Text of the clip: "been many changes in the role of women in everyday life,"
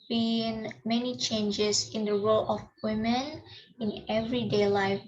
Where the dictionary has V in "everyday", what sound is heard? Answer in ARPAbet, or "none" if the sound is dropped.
V